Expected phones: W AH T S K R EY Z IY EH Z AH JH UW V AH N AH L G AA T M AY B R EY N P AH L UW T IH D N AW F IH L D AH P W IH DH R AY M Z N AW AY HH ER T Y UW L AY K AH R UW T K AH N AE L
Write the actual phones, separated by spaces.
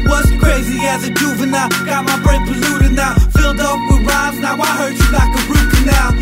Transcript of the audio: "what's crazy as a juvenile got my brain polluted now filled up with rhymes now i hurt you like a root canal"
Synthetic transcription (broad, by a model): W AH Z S K R EY Z IY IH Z AH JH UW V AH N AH G AA T M AY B R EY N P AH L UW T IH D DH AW F IH L D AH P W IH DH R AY Z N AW AY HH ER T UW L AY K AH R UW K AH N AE